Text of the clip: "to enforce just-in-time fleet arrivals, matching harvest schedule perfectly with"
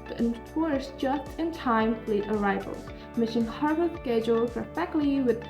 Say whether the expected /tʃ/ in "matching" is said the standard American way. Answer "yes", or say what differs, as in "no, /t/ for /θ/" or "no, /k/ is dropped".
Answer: no, /ʃ/ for /tʃ/